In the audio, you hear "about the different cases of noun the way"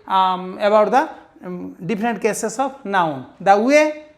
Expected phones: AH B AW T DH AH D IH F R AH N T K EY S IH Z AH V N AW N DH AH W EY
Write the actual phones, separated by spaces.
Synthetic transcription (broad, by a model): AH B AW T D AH D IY P R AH N T K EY S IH S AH B N AW N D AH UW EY